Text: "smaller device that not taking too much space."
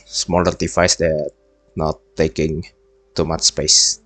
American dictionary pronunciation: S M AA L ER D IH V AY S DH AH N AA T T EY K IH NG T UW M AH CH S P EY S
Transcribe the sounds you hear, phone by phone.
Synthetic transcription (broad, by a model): S M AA L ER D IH F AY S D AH N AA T T EY K IH NG T UW M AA CH S P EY S